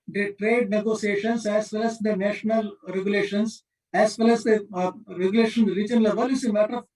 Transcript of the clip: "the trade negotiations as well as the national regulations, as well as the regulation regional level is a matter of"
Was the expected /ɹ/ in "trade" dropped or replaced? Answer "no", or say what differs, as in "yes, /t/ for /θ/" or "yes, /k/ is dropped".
no